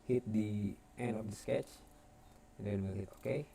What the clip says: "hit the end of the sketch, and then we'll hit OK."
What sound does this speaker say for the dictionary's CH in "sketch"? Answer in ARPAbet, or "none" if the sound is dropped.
CH